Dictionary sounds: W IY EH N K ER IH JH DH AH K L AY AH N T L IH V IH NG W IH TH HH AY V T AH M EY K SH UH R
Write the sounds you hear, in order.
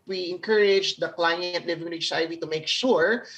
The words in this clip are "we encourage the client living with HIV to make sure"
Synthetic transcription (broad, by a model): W IY EH N K ER IH JH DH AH K L AY AH N T L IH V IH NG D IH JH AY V T AH M EY K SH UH R